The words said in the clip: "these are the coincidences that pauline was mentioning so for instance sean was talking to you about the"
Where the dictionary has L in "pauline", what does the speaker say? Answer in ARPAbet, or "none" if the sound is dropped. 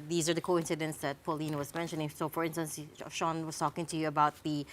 L